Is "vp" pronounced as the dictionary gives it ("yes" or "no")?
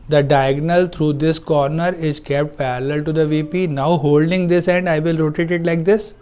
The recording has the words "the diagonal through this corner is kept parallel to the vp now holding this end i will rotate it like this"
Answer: yes